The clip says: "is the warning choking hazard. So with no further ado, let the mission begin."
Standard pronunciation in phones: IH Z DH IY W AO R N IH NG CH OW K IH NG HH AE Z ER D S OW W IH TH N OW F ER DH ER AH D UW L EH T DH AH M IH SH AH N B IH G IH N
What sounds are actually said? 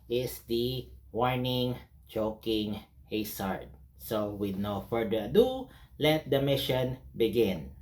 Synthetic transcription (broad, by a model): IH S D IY W AO R N IH NG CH OW K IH NG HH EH S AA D S OW W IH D N OW F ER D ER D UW L EH T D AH M IH SH AH N B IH G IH N